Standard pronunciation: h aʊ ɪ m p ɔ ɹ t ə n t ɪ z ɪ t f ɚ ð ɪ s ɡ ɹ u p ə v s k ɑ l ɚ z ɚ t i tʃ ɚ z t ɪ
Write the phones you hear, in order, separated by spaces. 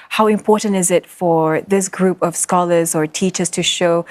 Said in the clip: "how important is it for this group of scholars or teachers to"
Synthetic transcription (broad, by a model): h aʊ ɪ m p ɔ ɹ t n t ɪ z ɪ t f ɚ ð ɪ s ɡ ɹ u p ə v s k ɑ l ɚ z ɚ t i tʃ ɚ z t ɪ